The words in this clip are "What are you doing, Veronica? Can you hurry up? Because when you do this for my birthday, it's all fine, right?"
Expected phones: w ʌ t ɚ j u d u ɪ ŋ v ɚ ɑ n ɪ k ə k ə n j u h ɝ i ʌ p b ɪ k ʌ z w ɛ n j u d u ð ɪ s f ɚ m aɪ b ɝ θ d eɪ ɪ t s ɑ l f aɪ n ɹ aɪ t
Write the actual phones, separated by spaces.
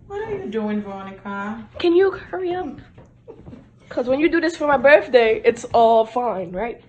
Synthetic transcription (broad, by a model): w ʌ t ɚ j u d u ɪ ŋ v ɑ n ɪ k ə k ə n j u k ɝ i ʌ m k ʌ z w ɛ n j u d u ð ɪ s f ɚ m aɪ b ɝ θ d eɪ ɪ t s ɑ l f aɪ n ɹ aɪ t